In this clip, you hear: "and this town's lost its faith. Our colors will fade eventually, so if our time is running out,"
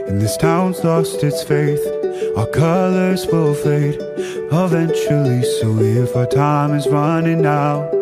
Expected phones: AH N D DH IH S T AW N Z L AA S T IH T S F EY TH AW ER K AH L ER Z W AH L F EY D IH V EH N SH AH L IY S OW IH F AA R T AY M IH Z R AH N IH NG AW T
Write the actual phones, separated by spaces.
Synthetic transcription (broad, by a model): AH N DH IH S T AW N Z L AA S T IH T S F EY TH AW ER K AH L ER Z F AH L F EY D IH V EH N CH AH L IY S OW IH F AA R T AY M IH Z R AH N IH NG AW